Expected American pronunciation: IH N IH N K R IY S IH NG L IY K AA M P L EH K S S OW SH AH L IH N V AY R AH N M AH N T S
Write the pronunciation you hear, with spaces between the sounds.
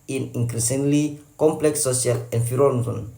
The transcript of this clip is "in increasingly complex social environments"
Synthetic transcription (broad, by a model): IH N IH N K R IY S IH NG L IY K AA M P L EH K S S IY AH L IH N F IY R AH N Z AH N